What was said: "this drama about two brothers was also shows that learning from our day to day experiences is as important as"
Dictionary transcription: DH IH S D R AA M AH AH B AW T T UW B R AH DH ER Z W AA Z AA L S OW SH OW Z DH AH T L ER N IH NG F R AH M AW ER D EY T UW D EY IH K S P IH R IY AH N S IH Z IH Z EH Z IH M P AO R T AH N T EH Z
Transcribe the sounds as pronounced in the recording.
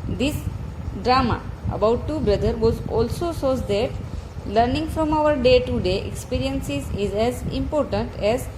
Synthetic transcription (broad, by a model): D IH S D R AA M AH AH B AW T T UW B R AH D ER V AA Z AA L S OW S OW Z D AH T L ER N IH NG F R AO M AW ER D EY T UW D EY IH K S P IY R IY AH N S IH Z IH Z EH Z IH M P AO R T AH N T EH Z